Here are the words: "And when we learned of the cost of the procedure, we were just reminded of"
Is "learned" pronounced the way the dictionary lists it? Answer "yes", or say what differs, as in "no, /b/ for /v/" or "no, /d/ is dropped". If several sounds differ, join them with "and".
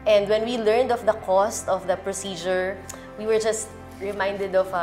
yes